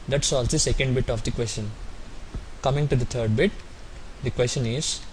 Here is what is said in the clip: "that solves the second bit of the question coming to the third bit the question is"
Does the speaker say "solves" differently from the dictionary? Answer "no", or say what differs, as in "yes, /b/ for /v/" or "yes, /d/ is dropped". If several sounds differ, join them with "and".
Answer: yes, /v/ is dropped